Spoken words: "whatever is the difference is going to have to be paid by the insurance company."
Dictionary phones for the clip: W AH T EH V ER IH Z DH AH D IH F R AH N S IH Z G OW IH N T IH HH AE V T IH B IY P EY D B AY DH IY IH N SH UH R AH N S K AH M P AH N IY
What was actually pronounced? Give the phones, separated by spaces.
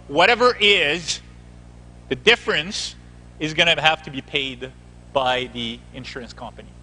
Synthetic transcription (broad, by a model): W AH T EH V ER IH Z DH AH D IH F R AH N S IH Z G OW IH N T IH HH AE F T IH B IY P EY D B AY DH IY IH N SH UH R AH N S K AH M P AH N IY